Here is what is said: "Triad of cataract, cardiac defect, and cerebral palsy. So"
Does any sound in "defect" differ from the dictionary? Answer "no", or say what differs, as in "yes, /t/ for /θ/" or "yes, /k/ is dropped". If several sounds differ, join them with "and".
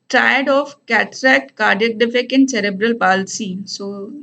yes, /t/ is dropped